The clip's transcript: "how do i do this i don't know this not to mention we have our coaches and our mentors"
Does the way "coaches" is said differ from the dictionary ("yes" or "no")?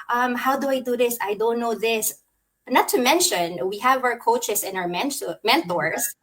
yes